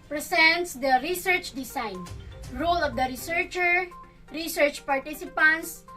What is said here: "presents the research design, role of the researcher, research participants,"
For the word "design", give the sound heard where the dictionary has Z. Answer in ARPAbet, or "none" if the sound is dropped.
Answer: S